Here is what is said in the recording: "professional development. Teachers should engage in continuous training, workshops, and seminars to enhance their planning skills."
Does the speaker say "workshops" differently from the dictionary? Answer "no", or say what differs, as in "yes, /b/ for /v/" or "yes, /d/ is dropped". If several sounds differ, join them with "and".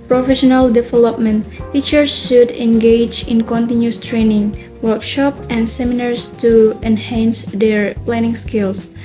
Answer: yes, /s/ is dropped